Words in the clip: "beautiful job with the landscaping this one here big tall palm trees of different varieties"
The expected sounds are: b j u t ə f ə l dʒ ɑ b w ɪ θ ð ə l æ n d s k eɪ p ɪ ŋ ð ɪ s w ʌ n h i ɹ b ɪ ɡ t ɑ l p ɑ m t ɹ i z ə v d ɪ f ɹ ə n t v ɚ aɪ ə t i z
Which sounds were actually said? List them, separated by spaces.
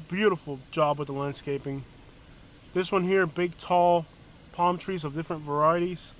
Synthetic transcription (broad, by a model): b j u t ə f l dʒ ɑ b w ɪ ð ə l æ n d s k eɪ p ɪ ŋ ð ɪ s w ʌ n h i ɹ b ɪ ɡ t ɑ l p ɑ m t ɹ i z ə v d ɪ f ɹ ə n t v ɚ aɪ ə t i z